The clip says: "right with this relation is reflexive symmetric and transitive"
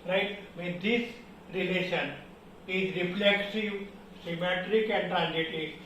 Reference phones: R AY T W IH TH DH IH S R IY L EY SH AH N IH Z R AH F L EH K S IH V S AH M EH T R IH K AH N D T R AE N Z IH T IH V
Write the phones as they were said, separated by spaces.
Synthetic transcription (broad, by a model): R AY T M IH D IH S R IY L EY SH AH N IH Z R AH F L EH K S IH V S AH M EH T R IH K AH N D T R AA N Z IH T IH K